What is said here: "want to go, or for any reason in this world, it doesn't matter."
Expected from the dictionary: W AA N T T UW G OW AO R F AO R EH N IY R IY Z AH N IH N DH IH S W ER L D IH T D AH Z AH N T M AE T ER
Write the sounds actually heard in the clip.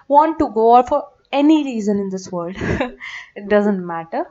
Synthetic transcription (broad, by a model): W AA N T T UW G OW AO L F AO R EH N IY R IY Z AH N IH N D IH S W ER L D IH T D AH Z AH N T M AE T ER